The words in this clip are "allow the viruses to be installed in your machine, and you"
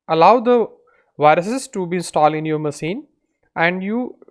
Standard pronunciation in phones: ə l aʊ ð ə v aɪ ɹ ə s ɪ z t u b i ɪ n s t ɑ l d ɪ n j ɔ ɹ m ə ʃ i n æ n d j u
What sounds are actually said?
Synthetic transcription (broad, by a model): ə l aʊ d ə v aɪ ɹ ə s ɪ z t u b i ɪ n s t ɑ l ɪ n j ɔ ɹ m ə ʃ i n æ n d j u